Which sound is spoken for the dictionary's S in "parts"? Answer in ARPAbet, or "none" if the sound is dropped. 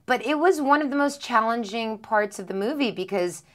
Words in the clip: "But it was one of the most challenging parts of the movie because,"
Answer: S